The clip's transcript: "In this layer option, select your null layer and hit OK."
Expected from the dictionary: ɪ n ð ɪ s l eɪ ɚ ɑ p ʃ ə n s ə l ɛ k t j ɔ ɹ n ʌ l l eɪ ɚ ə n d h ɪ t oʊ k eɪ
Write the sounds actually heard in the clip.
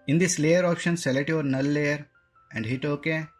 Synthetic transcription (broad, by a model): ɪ n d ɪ s l eɪ ɚ ɑ p ʃ ə n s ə l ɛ t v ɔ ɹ n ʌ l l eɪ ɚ ə n d h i t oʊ k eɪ